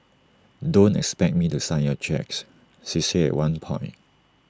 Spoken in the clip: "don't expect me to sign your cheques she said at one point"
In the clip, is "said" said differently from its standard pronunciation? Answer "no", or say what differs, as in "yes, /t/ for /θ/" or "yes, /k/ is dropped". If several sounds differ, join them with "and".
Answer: yes, /d/ is dropped